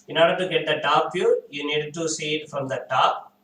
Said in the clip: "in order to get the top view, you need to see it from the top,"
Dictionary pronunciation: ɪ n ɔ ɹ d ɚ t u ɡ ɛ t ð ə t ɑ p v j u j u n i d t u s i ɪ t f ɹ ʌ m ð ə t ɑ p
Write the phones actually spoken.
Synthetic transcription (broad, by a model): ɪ n ɔ ɹ d ɚ t u ɡ ɛ t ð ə t ɑ p f j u j u n i d t u s i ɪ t f ɹ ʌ m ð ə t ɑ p